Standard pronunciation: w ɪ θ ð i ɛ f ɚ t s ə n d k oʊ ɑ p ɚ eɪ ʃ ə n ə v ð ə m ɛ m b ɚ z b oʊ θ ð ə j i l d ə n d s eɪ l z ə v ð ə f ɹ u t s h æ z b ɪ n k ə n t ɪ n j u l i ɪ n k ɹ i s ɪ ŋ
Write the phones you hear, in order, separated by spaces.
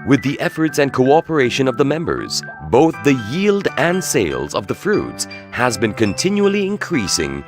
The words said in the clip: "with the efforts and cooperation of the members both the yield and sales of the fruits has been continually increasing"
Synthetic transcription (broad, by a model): w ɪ ð i ɛ f ɚ t s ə n k oʊ ɑ p ɚ eɪ ʃ ə n ə v ð ə m ɛ m b ɚ z b oʊ θ ð ə j i l d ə n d s eɪ l z ə v ð ə f ɹ u t s h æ z b ɪ n k ə n t ɪ n j u l i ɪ n k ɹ i s ɪ ŋ